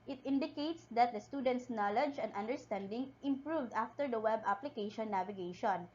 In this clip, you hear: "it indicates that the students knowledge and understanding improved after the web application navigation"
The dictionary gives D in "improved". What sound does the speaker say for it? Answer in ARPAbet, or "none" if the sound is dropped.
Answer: D